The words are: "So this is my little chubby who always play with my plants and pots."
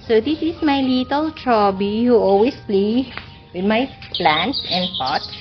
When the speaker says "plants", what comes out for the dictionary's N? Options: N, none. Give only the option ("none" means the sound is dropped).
N